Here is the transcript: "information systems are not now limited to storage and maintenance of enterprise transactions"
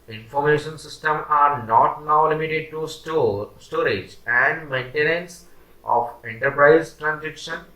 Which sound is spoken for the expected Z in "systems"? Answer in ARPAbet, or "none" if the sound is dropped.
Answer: none